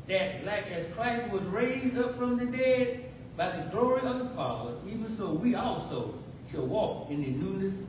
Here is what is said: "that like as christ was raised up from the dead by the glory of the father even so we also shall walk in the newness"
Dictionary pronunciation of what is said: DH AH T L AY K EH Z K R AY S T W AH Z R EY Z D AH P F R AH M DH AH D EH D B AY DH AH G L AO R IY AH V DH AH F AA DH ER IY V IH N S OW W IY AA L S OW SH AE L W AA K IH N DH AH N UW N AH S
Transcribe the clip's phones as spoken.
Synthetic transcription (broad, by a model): DH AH T L AY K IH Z K R AY S T W AH Z R EY Z D AH P F R AH M DH AH D EH D B AY DH AH G L AO R IY AH V DH AH F AA DH ER IY V IH N S OW W IY AA L S OW SH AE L W AA K IH N DH AH N UW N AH S